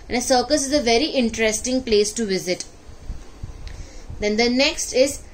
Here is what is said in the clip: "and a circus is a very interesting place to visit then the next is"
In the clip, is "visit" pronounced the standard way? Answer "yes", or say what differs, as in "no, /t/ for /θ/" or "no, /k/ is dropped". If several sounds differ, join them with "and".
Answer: yes